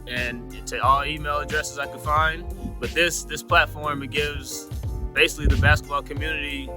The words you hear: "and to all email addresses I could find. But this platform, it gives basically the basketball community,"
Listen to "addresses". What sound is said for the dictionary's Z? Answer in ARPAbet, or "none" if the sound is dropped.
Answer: Z